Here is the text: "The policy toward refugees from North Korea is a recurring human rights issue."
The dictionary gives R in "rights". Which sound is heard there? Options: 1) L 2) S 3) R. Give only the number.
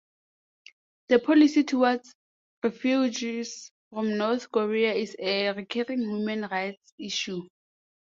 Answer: 3